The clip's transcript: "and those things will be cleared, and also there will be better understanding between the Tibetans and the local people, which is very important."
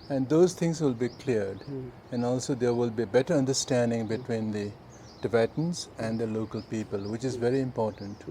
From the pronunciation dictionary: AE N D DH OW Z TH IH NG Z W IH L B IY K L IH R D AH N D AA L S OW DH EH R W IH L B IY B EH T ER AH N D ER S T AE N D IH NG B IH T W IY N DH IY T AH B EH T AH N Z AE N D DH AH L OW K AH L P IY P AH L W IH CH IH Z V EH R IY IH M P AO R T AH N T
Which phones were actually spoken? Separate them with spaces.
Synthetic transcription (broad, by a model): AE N D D OW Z T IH NG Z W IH L B IY K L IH R D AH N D AA L S OW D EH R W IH L B IY B EH T ER AH N D ER S T AE N D IH NG B IH T W IY N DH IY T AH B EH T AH N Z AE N D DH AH L OW K AH L P IY P AH L W IH CH IH Z V EH R IY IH M P AO R T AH N T